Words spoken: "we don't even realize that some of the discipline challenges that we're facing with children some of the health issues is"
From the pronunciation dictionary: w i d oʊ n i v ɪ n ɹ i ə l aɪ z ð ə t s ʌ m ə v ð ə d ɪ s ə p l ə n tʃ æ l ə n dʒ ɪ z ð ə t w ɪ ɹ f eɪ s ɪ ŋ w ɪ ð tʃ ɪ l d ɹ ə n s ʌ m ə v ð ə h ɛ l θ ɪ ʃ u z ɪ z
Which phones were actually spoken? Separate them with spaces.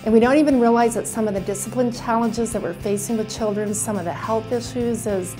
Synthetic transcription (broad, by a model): w i d oʊ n i v ɪ n ɹ i ə l aɪ z ð ə t s ʌ m ə v ð ə d ɪ s ə p l ə n tʃ æ l ə n dʒ ɪ z ð ə t w ɪ ɹ f eɪ s ɪ ŋ w ɪ ð tʃ ɪ l d ɹ ə n s ʌ m ə v ð ə h ɛ l θ ɪ ʃ u z ɪ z